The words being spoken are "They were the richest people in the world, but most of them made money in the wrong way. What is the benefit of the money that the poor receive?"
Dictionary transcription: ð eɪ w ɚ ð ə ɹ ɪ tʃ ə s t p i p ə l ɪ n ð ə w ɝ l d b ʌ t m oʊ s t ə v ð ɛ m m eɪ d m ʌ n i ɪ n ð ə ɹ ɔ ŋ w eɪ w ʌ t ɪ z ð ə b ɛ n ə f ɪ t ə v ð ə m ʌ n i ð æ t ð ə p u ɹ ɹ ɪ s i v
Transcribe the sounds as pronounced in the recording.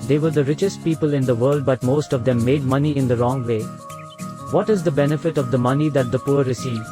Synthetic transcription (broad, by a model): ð eɪ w ɚ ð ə ɹ ɪ tʃ ə s t p i p ə l ɪ n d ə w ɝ l d b ʌ t m oʊ s t ə v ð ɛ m m eɪ d m ʌ n i ɪ n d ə ɹ ɔ ŋ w eɪ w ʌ t ɪ z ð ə b ɛ n ə f ɪ t ə v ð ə m ʌ n i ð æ t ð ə p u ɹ ɹ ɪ s i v